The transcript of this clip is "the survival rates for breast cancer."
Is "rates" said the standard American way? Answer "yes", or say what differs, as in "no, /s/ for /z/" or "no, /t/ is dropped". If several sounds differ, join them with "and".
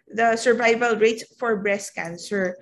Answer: no, /s/ is dropped